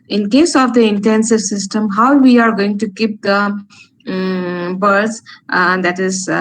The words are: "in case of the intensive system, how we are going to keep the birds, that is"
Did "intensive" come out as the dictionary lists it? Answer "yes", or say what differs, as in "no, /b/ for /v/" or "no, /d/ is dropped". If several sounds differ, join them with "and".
yes